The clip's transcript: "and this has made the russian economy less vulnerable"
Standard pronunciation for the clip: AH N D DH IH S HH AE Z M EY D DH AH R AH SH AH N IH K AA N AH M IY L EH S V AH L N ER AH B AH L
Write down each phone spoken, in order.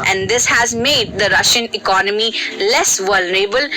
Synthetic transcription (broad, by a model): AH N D IH S HH AE Z M EY D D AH R AH SH AH N IH K AA N AH M IY L EH S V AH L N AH B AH L